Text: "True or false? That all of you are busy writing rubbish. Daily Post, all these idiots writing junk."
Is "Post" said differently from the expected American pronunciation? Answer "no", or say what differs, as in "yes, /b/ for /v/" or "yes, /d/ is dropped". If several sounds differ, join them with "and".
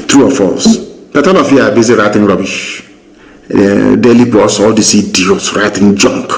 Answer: yes, /b/ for /p/ and /t/ is dropped